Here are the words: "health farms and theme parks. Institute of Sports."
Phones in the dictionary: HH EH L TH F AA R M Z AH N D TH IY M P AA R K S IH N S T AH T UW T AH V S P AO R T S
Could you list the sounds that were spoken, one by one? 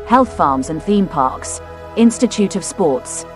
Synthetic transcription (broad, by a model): HH EH L TH F AA M Z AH N TH IY M P AA K S IH N S T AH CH UW T AH V S P AO T S